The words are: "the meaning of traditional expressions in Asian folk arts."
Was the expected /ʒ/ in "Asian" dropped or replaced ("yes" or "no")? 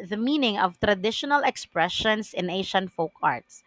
yes